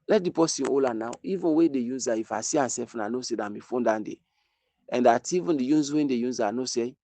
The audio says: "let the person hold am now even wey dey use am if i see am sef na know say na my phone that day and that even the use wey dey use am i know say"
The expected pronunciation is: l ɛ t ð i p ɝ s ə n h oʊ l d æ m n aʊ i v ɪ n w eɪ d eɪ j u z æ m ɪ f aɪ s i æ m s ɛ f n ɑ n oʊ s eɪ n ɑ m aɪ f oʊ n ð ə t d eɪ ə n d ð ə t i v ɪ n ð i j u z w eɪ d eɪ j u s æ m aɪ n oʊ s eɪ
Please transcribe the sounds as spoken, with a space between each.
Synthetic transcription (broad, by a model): l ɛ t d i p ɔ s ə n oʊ l ɑ n aʊ i v ɪ n w eɪ d eɪ j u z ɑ ɪ f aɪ s i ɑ s ɛ f n ɑ n oʊ s eɪ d ɑ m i f oʊ n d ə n d eɪ ə n d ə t i v ɪ n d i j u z w eɪ d eɪ j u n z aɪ n oʊ s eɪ